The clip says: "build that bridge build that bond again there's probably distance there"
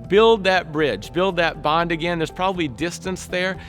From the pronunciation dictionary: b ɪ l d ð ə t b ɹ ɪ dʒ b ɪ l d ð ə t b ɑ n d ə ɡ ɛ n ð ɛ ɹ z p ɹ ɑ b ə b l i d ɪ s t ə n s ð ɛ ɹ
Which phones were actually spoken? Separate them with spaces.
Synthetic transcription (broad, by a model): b ɪ l d ð ə t b ɹ ɪ dʒ b ɪ l d ð ə t b ɑ n d ə ɡ ɛ n ð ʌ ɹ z p ɹ ɑ b ə b l i d ɪ s t ə n s ð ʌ ɹ